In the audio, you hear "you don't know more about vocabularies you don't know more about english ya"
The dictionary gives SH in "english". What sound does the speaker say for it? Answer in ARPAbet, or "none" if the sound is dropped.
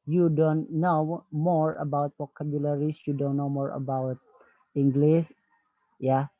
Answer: S